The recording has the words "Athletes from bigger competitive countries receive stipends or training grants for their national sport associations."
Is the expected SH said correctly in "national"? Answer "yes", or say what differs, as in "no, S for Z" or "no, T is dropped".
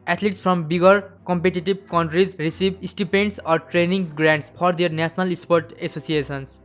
no, S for SH